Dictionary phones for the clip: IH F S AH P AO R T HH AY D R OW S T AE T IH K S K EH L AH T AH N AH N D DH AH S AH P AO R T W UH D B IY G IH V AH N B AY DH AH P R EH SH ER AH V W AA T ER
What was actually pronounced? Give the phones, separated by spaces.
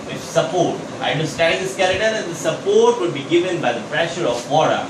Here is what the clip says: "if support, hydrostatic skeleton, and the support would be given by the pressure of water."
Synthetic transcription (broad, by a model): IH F S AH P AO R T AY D OW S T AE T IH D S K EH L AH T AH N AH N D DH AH S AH P AO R T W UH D B IY G IH V AH N B AY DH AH P R EH SH ER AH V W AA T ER